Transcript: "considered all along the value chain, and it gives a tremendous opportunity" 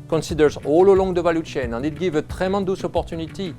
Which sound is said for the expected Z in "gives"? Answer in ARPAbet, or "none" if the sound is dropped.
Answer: none